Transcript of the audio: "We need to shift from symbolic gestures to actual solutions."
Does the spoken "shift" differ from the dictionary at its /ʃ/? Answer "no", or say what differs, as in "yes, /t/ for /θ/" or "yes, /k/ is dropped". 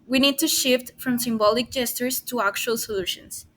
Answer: no